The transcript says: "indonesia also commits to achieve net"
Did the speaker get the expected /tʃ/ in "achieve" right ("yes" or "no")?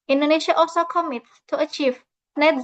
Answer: yes